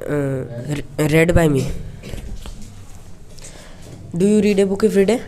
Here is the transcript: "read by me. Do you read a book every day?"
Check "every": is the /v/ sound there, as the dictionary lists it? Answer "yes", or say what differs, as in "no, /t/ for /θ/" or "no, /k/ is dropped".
no, /f/ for /v/